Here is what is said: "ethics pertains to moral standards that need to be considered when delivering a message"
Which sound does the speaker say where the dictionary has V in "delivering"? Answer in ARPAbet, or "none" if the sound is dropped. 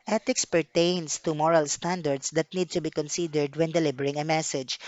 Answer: B